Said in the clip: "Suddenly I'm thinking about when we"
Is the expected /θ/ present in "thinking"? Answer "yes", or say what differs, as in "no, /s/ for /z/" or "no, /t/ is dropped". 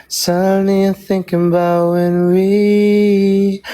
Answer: yes